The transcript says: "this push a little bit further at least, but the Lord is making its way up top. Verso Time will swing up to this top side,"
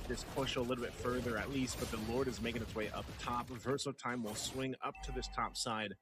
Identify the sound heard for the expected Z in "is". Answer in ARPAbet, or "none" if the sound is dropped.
Z